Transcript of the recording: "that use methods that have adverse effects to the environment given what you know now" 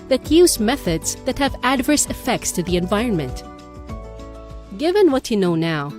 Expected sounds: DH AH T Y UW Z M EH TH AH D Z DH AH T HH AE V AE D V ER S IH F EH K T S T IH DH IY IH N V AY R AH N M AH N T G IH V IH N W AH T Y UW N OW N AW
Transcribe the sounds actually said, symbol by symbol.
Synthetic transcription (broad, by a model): DH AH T Y UW Z M EH TH AH D Z DH AH T HH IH V AE D V ER S IH F EH K T S T IH DH IY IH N V AY R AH N M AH N T G IH V IH N W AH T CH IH N OW N AW